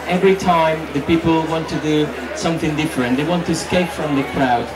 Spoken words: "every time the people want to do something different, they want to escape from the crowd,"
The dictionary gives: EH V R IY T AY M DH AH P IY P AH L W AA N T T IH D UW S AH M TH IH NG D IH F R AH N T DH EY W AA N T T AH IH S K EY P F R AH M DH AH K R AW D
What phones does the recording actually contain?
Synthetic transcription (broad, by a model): EH V R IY T AY M DH AH P IY P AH L W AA N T T IH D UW S AH M TH IH NG D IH F R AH N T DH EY W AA N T T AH IH S K EY P F R AH M DH AH K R AW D